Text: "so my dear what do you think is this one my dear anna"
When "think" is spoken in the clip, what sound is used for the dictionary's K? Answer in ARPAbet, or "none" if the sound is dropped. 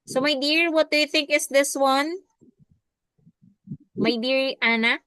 K